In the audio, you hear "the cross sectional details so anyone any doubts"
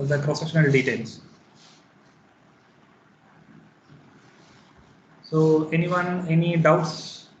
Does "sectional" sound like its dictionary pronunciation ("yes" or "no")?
no